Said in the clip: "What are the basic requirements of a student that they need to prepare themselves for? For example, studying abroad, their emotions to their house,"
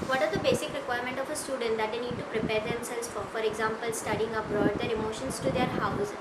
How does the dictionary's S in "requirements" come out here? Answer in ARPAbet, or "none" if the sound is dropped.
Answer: none